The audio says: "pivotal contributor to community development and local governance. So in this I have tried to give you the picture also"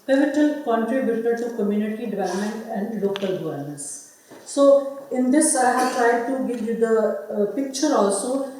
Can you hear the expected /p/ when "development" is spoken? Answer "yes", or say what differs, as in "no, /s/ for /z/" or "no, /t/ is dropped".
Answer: no, /p/ is dropped